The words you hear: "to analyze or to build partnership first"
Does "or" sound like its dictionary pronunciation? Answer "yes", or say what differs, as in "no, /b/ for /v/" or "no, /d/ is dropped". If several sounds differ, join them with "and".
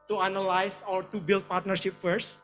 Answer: no, /w/ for /ɹ/